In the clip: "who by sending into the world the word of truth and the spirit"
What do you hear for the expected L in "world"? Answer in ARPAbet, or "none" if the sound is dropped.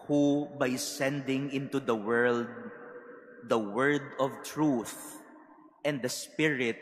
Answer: L